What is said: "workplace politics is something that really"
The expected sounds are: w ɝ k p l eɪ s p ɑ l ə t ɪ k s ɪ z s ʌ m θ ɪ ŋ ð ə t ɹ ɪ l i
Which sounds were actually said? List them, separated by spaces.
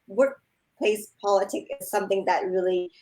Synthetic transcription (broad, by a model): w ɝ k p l eɪ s p ɑ l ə t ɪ k ɪ z s ʌ m θ ɪ ŋ ð ə t ɹ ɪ l i